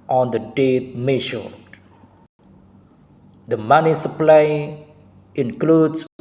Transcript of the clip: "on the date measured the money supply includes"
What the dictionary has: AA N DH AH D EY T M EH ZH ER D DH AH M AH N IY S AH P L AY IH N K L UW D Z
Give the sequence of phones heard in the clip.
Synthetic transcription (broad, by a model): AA N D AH D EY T M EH SH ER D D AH M AH N IY S AH P L AY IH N K L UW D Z